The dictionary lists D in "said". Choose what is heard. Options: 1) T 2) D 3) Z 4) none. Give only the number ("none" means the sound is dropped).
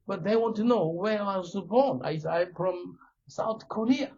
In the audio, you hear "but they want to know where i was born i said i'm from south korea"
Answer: 4